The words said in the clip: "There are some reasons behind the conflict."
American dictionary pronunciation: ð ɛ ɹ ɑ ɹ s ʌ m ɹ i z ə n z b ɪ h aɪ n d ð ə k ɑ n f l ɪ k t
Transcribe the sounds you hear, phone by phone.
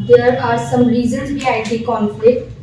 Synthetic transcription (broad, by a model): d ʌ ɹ ɑ ɹ s ʌ m ɹ i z ə n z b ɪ aɪ d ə k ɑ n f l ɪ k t